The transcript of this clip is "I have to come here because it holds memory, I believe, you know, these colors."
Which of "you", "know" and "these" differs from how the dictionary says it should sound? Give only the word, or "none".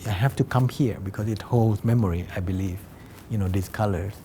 these